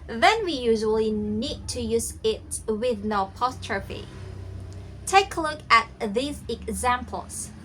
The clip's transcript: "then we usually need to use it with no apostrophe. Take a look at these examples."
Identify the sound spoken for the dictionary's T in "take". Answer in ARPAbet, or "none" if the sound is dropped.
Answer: T